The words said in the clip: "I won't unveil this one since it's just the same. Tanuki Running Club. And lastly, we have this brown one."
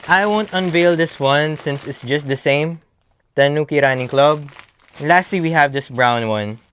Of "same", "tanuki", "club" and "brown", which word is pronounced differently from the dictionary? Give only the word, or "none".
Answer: none